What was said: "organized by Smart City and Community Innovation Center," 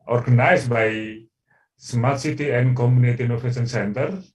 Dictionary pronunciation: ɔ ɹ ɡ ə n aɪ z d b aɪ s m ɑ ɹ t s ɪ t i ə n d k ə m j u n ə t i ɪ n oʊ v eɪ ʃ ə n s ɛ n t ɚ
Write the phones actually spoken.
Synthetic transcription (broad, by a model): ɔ ɹ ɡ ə n aɪ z b aɪ s m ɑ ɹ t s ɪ t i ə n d k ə m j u n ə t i n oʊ p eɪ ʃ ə n s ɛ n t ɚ